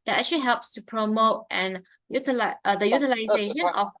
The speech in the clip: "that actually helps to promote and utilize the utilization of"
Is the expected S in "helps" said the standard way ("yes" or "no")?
yes